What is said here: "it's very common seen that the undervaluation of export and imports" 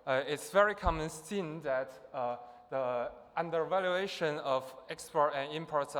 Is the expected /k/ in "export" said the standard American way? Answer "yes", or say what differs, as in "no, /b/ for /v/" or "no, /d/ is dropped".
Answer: yes